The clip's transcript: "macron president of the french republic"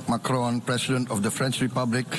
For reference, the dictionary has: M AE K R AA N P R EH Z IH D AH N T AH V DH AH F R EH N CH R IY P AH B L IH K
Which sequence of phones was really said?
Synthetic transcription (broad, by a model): M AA K R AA N P R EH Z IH D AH N T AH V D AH F R EH N CH R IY P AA B L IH K